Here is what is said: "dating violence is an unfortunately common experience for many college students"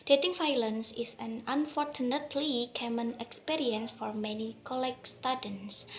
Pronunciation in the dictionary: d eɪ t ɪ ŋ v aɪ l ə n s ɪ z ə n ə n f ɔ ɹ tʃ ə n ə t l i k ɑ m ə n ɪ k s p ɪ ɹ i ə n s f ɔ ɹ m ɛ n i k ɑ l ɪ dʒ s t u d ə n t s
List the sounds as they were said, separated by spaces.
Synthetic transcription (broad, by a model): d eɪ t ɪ ŋ f aɪ l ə n s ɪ s ə n ə n f ɔ ɹ tʃ ə n ə t l i k ɑ m ə n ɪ k s p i ɹ i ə n s f ɔ ɹ m ɛ n i k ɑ l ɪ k s t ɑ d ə n s